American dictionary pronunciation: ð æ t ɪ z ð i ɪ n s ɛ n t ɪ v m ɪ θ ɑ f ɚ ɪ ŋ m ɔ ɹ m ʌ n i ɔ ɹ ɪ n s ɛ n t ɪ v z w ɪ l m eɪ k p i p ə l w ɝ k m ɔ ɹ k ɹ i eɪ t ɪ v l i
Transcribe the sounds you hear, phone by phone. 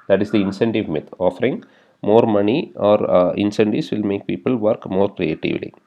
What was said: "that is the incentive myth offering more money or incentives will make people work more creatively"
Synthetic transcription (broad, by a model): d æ t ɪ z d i ɪ n s ɛ n t ɪ v m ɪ t ɑ f ɚ ɪ ŋ m ɔ ɹ m ʌ n i ɔ ɹ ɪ n s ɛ n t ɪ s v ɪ l m eɪ k p i p ə l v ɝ k m ɔ ɹ k ɹ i eɪ t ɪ v l i